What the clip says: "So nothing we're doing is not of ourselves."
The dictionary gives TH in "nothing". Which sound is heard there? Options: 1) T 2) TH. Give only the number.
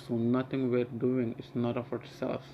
1